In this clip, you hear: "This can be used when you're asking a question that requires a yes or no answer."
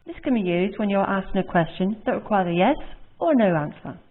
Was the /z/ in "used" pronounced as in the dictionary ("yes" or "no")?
yes